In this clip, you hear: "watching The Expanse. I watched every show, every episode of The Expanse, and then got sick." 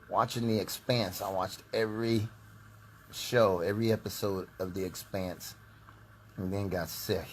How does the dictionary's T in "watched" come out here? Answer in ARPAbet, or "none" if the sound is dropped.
T